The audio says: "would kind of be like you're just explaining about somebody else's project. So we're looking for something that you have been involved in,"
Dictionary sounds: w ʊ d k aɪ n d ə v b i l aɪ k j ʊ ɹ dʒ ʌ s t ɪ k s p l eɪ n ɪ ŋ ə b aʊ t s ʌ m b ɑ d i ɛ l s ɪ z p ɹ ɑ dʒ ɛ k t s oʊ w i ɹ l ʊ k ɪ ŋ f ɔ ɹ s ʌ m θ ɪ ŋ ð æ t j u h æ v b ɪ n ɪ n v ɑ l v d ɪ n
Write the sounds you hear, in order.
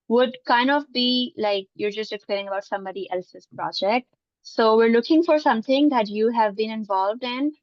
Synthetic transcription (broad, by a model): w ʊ d k aɪ n d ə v b i l aɪ k j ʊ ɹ dʒ ʌ s t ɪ k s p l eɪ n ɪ ŋ ə b aʊ t s ʌ m b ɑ d i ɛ l s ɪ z p ɹ ɑ dʒ ɛ k t s oʊ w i ɹ l ʊ k ɪ ŋ f ɔ ɹ s ʌ m t ɪ ŋ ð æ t j u h æ v b ɪ n ɪ n v ɑ l v d ɪ n